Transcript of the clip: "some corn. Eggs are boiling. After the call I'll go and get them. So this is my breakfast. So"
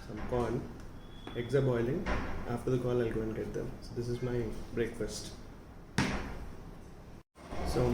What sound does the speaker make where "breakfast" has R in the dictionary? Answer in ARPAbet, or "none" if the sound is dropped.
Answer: R